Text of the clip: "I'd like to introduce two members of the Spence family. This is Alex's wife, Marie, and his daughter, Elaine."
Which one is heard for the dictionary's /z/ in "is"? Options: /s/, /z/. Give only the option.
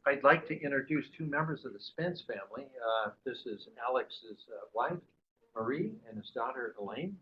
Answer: /z/